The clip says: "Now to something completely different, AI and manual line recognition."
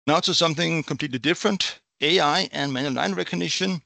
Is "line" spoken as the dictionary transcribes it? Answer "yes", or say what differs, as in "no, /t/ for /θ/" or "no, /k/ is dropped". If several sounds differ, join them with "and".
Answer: no, /n/ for /l/